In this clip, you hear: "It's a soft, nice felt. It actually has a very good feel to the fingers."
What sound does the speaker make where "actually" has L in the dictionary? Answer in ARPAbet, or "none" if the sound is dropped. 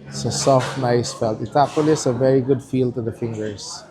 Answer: none